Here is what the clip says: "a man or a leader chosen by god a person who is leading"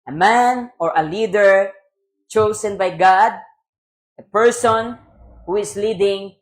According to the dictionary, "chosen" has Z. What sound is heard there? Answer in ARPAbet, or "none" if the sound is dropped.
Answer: S